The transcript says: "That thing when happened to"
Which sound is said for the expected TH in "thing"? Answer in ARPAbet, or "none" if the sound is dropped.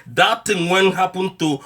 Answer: T